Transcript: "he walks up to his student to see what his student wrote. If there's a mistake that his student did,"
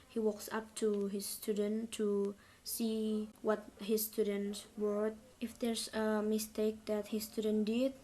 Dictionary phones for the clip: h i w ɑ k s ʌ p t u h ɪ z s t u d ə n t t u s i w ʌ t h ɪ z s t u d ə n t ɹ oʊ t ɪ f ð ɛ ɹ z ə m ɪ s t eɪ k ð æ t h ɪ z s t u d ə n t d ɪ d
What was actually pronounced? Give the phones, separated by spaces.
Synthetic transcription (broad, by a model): h i w ɑ k s ʌ p t u h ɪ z s t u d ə n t t u s i w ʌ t h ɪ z s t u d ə n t w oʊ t ɪ f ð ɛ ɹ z ə m ɪ s t eɪ k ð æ t h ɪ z s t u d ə n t d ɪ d